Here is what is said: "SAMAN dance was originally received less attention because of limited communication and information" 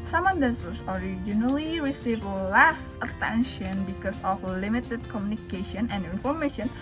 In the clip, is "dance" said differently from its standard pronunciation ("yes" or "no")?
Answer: yes